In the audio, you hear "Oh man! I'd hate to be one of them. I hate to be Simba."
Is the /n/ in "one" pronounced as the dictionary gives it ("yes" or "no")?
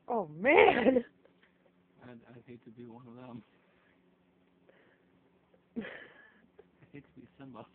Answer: yes